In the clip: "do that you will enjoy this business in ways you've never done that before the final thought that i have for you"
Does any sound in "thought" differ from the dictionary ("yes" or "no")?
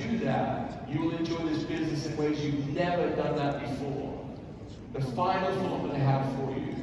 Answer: yes